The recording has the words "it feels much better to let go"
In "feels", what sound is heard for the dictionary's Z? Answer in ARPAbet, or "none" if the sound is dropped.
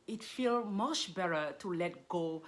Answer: none